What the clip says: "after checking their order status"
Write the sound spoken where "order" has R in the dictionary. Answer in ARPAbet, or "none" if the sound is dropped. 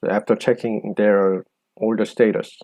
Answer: L